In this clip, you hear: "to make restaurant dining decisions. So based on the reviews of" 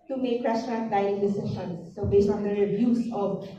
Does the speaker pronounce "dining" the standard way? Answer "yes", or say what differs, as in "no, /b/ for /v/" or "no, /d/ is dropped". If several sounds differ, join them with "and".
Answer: no, /n/ is dropped